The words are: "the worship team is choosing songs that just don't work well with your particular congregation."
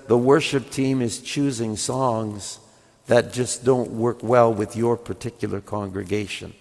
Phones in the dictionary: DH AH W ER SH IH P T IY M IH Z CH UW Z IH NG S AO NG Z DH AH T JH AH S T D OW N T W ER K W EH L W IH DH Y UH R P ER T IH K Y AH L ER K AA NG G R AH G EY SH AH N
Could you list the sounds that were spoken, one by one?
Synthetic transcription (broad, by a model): DH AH W ER SH IH P T IY M IH Z CH UW Z IH NG S AO NG Z DH AH T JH AH S D OW N T W ER K W EH L W IH DH Y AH R P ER T IH K Y L ER K AA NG G R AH G EY SH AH N